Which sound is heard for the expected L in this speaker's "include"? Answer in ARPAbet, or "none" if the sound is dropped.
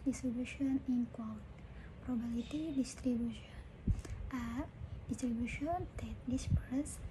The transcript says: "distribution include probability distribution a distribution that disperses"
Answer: W